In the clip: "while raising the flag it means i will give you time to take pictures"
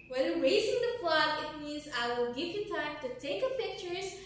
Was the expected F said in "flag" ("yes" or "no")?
no